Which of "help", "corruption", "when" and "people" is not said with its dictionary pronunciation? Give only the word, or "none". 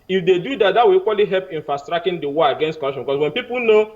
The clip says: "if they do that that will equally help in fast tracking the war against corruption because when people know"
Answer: corruption